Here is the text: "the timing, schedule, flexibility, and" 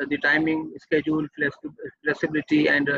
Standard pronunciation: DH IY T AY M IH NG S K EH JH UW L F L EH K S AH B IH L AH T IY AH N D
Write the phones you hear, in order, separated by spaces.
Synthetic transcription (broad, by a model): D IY T AY M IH NG S K EH JH UW L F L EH K S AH B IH L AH T IY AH N D